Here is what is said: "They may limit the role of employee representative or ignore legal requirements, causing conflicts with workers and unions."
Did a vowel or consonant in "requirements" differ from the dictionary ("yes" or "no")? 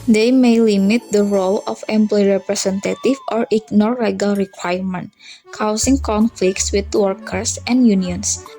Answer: yes